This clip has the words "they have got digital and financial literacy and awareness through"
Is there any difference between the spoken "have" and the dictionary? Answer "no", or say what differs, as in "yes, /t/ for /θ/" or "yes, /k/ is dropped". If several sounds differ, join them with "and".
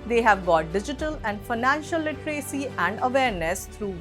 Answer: no